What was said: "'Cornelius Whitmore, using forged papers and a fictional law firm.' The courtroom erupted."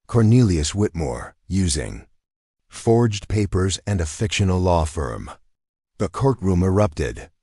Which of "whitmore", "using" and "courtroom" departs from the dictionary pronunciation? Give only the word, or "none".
none